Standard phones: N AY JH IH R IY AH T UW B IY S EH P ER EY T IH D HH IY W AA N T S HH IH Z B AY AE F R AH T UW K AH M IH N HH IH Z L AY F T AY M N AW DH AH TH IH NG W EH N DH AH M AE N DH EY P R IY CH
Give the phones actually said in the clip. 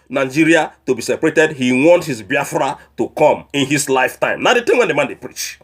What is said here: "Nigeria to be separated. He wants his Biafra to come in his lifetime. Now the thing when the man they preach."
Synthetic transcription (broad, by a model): N AY JH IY R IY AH T UW B IY S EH P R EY T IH D HH IY W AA N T HH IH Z B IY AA F R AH T UW K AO M IH N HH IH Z L AY F T AY M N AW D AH T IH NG W EH N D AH M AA N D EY P R IY CH